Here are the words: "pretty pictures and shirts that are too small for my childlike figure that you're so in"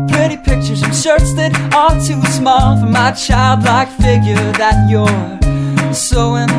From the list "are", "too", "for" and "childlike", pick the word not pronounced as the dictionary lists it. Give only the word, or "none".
are